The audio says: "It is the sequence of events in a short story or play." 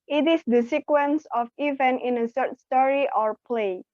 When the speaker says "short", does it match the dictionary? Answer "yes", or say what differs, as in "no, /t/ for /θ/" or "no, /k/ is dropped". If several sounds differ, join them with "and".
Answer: no, /s/ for /ʃ/